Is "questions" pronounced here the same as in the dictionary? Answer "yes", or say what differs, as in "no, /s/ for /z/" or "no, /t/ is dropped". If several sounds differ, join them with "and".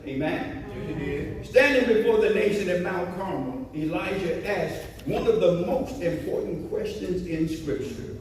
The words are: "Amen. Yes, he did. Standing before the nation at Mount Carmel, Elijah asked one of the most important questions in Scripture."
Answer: yes